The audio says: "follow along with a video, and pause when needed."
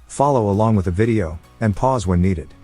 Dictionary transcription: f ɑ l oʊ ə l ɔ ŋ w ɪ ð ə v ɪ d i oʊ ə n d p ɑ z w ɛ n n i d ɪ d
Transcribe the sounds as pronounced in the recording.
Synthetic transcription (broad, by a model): f ɑ l oʊ ə l ɔ ŋ w ɪ ð ə v ɪ d i oʊ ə n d p ɑ z w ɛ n n i d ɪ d